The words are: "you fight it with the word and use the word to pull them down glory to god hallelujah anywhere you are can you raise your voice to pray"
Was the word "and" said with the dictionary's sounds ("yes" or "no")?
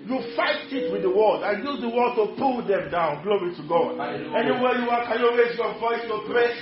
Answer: no